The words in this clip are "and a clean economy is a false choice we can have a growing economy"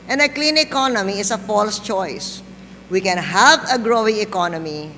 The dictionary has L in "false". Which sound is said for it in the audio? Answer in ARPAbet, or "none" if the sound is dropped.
L